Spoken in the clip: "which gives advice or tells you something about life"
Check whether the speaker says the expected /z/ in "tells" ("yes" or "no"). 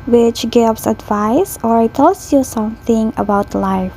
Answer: no